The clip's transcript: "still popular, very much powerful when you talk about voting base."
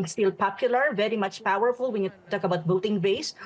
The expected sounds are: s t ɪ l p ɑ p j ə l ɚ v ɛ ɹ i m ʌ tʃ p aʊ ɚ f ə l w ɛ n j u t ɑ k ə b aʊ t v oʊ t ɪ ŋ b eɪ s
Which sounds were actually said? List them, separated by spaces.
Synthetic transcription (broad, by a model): s t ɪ l p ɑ p j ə l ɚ v ɛ ɹ i m ʌ tʃ p aʊ ɚ f ə l w ɛ n j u t ɑ k ə b aʊ t b oʊ t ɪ ŋ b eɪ s